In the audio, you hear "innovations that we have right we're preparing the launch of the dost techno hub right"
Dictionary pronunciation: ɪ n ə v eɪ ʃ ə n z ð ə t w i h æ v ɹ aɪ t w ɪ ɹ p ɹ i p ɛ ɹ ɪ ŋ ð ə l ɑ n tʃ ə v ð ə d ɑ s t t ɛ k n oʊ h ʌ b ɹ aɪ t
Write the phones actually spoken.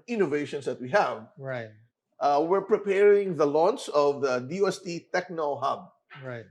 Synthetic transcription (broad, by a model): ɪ n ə v eɪ ʃ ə n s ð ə t w i h æ v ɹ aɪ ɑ w ɪ ɹ p ɹ i p ɛ ɹ ɪ ŋ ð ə l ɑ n s ə v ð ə d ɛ s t t ɛ k n oʊ h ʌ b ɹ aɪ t